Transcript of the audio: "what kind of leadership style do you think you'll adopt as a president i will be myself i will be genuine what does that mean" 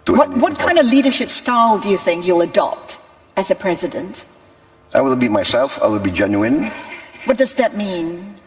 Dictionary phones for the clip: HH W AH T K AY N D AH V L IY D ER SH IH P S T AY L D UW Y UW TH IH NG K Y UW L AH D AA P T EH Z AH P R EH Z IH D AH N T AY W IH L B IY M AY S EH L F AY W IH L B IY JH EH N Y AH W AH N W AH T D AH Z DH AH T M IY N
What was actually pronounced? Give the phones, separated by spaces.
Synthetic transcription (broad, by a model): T W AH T K AY N D AH V L IY D ER SH IH P S T AY L D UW Y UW TH IH NG K Y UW L AH D AA P T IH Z AH P R EH Z IH D AH N T AY W IH L B IY M AY S EH L F AY W IH L B IY JH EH N Y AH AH N W AH T D AH Z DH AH T M IY N